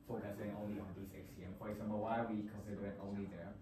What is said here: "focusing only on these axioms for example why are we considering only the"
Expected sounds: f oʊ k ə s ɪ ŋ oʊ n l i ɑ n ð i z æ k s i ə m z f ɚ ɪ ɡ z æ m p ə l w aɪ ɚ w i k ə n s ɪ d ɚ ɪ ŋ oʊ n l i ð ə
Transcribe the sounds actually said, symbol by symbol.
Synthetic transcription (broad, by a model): f oʊ k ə s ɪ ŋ oʊ n l i ɑ n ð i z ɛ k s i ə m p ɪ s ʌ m b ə w aɪ w i k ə n s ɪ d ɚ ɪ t oʊ n l i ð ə